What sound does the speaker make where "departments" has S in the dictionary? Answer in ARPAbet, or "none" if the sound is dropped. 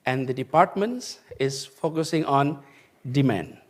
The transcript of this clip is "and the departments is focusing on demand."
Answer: S